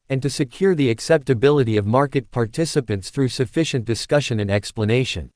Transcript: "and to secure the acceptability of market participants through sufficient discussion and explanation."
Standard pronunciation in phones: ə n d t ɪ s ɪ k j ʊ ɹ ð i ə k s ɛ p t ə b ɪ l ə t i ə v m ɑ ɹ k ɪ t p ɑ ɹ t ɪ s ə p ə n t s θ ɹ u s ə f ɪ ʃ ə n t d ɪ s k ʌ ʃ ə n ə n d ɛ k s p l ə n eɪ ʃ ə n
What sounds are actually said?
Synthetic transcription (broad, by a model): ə n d t ɪ s ɪ k j ʊ ɹ ð i ə k s ɛ p t ə b ɪ l ə t i ə v m ɑ ɹ k ɪ t p ɑ ɹ t ɪ s ə p ə n t s θ ɹ u s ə f ɪ ʃ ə n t d ɪ s k ʌ ʃ ə n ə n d ɛ k s p l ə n eɪ ʃ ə n